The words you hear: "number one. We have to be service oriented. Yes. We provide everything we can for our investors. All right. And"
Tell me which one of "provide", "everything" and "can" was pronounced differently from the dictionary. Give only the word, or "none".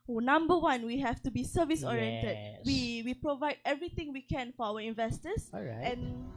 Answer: everything